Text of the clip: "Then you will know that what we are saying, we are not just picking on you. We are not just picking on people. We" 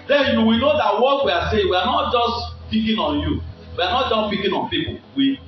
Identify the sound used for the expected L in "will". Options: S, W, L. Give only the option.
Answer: W